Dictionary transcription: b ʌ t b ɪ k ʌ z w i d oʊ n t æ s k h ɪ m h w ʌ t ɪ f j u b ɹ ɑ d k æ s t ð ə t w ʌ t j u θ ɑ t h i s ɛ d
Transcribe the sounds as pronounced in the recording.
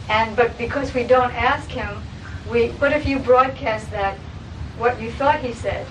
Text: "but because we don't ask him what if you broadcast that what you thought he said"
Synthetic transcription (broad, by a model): b ʌ t b ɪ k ʌ z w i d oʊ n t æ s k h ɪ m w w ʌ t ɪ f j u b ɹ ɑ d k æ s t ð ə t w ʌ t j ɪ θ ɑ t h i s ɛ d